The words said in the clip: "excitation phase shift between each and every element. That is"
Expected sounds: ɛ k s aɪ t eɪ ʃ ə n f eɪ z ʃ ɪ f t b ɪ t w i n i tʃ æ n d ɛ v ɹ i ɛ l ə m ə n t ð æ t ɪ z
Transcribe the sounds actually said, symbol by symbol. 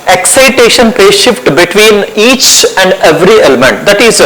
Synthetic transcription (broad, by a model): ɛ k s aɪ t eɪ ʃ ə n p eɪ ʃ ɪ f t b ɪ t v i n i tʃ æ n d ɛ v ɹ i ɛ l ə m ə n t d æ t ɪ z